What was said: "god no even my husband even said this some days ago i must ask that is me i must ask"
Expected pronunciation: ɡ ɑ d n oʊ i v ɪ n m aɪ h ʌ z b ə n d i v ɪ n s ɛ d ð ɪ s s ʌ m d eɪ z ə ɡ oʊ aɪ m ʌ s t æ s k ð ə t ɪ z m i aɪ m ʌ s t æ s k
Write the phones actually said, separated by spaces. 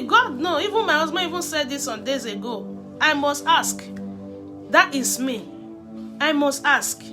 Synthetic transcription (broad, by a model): ɡ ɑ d n oʊ i v ɪ n m aɪ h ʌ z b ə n i v ɪ n s ɛ d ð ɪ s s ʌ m d eɪ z ə ɡ oʊ aɪ m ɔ s t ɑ s k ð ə t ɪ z m i aɪ m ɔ s t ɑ s k